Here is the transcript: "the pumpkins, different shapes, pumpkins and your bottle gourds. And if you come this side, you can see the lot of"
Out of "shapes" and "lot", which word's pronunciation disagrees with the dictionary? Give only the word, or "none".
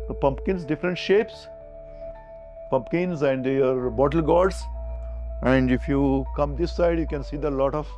none